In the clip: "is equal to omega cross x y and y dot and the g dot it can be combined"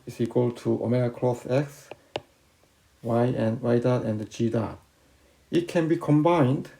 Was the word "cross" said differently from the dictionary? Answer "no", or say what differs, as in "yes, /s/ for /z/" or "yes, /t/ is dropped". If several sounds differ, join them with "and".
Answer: yes, /θ/ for /s/